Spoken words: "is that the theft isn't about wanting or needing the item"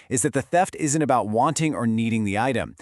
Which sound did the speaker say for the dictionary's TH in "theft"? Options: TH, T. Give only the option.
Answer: TH